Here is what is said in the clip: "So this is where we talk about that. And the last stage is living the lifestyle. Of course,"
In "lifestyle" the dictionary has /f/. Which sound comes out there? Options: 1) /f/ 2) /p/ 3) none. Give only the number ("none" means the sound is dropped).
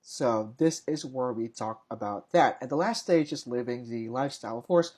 1